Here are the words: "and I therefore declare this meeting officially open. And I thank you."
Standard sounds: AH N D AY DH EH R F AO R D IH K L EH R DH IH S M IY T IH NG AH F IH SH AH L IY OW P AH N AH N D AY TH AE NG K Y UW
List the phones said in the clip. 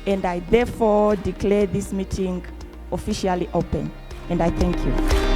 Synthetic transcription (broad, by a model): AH N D AY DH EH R F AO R D IH K L EH R DH IH S M IY T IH NG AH F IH SH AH L IY OW P AH N AH N D AY TH AE NG K Y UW